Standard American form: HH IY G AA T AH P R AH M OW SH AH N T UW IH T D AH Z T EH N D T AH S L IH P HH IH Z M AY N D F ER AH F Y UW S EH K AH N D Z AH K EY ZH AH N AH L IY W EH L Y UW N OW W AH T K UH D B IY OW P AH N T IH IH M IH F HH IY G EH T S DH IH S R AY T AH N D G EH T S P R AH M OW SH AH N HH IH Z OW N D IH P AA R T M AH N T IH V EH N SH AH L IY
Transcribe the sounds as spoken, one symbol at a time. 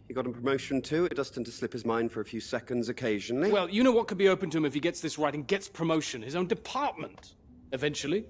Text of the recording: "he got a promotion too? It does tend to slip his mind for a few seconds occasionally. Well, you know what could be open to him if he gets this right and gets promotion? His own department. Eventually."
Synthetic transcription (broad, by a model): HH IY G AA T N P R AH M OW SH AH N T UW IH T D AH Z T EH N T AH S L IH P HH IH Z M AY N D F ER AH F Y UW S EH K AH N D Z AH K EY ZH AH N AH L IY W EH L Y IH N OW W AH T K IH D B IY OW P AH N T IH IH M IH F IY G EH T S DH IH S R AY T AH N G EH T S P R AH M OW SH AH N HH IH Z OW N D IH P AA R T M AH N T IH V EH N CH L IY